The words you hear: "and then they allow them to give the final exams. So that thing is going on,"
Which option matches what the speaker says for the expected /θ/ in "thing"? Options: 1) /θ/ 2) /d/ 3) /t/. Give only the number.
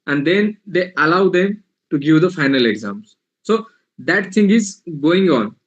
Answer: 3